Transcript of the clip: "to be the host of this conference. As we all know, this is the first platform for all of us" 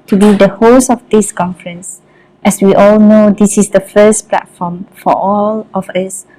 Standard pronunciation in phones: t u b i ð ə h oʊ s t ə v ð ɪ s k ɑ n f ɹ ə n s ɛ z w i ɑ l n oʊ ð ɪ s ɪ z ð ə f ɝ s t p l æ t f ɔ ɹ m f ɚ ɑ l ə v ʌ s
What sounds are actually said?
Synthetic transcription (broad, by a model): t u b i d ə h oʊ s ə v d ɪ s k ɑ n f ɹ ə n s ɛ s w i ɑ l n oʊ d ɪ s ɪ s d ə f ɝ s p l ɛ t f ɔ m f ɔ ɑ l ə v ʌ s